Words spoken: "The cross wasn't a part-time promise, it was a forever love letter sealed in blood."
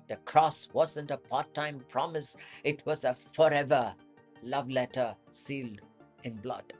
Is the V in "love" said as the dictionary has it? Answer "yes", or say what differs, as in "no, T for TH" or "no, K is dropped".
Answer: yes